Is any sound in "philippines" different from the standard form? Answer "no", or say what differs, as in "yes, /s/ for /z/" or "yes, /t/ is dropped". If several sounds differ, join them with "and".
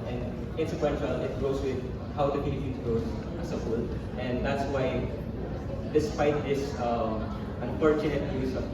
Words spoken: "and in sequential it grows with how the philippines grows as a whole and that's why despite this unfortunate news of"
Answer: yes, /p/ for /f/ and /n/ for /l/